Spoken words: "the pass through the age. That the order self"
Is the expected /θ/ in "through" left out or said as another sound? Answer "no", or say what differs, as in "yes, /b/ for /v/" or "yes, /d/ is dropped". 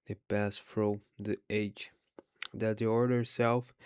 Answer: yes, /f/ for /θ/